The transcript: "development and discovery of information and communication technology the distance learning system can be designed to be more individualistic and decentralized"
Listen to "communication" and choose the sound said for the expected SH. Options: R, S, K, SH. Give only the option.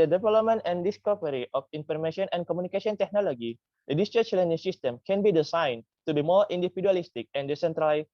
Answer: S